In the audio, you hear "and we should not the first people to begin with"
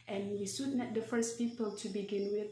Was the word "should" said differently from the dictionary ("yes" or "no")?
yes